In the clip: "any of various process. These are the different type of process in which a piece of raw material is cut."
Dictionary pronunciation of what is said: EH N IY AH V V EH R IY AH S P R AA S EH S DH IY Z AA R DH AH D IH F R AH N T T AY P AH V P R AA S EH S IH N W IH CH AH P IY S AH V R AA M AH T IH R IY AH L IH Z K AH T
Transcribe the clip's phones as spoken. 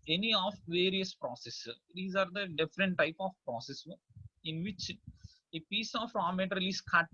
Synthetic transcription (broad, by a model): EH N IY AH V V EH R IY AH S P R AA S EH S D IY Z AA R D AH D IH F R AH N T T AY P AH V P R AA S EH S IH N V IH CH AH P IY S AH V R AA M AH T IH R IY L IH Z K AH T